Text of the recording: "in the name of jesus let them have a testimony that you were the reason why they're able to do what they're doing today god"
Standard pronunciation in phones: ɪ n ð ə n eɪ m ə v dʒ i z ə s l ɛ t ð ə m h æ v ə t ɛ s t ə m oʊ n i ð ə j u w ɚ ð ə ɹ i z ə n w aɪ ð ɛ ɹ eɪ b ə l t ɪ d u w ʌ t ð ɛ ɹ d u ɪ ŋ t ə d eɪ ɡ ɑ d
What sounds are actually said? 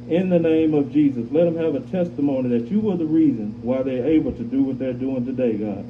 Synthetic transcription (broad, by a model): ɪ n ð ə n eɪ m ə v dʒ i z ə s l ɛ t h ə m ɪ v ə t ɛ s t ə m oʊ n i ð ə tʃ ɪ w ɚ ð ə ɹ i z ə n w aɪ ð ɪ ɹ eɪ b l t ɪ d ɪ w ʌ t ð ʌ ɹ d u ɪ ŋ t ə d eɪ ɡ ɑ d